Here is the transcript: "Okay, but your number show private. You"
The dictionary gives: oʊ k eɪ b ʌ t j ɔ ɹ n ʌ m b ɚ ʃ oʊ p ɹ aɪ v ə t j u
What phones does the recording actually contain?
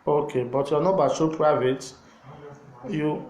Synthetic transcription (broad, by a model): oʊ k eɪ b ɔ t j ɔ n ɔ b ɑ s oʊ p ɹ aɪ v ə t j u